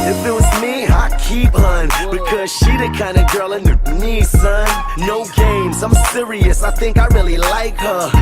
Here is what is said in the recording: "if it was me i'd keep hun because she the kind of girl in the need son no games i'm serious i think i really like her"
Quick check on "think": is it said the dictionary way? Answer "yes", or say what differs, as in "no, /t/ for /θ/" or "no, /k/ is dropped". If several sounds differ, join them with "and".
yes